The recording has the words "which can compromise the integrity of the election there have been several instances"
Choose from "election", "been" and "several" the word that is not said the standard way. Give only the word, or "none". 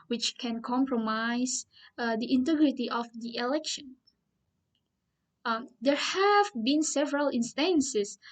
none